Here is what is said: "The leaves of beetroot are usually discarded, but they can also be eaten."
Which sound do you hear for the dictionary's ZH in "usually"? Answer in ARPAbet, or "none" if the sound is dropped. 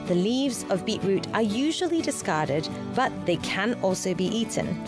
ZH